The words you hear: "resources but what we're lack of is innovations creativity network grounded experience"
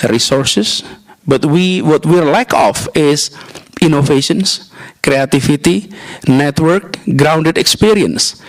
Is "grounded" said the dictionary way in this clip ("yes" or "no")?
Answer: yes